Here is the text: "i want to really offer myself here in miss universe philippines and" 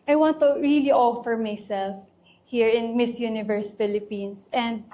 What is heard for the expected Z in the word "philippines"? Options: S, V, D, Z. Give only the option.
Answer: S